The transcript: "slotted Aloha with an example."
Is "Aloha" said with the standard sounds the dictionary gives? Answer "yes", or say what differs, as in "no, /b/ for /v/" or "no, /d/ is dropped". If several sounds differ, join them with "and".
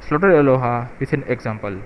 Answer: yes